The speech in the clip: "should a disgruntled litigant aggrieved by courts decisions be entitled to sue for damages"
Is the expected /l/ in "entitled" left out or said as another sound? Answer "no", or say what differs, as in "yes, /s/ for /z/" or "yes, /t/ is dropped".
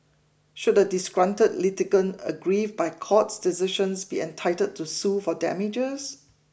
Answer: yes, /l/ is dropped